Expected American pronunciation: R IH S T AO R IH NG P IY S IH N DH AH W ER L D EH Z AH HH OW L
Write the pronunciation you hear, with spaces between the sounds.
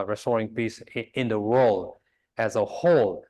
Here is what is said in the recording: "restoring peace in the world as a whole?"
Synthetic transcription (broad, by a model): R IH S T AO R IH NG P IY S IH N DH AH W ER L D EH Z AH HH OW L